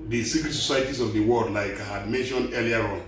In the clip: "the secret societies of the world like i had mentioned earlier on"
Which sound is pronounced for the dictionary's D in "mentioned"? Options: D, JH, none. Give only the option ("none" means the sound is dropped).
none